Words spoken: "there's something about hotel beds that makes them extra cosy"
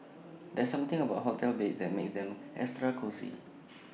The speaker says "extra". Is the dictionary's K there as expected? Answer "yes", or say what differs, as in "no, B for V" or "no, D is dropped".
no, K is dropped